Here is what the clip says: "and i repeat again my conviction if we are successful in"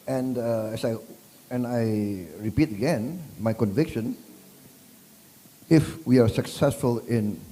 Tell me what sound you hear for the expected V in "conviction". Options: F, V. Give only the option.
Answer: V